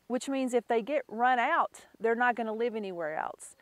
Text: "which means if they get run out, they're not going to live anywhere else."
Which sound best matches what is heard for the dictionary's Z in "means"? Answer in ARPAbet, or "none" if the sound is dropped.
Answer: Z